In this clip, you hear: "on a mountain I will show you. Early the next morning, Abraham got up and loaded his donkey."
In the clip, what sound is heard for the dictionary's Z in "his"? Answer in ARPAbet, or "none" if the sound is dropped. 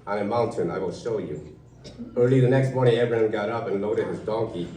Z